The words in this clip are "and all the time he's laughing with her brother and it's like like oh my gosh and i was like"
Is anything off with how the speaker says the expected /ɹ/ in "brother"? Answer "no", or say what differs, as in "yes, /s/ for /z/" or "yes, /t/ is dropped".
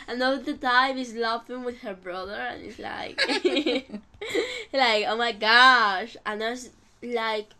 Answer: no